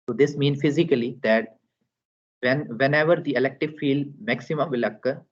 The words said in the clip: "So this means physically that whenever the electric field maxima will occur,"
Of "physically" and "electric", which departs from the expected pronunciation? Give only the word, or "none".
electric